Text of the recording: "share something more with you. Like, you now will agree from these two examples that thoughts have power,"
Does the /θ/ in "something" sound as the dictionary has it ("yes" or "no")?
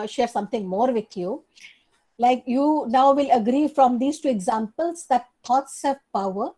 no